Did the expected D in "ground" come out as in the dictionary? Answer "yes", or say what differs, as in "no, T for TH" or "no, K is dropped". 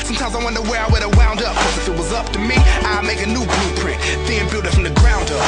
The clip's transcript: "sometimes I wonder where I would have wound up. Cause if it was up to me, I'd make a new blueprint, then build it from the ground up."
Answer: yes